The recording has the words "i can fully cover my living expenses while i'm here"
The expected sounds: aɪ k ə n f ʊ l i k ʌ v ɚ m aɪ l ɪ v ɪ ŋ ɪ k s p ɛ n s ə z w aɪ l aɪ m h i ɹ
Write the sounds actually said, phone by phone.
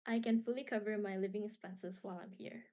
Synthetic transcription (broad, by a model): aɪ k ə n f ʊ l i k ʌ v ɚ m aɪ l ɪ v ɪ ŋ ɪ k s p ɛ n s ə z w aɪ l aɪ m h i ɹ